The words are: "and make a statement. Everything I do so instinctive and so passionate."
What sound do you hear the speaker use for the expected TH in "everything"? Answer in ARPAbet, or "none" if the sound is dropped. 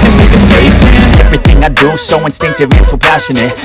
TH